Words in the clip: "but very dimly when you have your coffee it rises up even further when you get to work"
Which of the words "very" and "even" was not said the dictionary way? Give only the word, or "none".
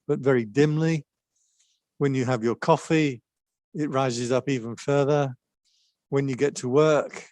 none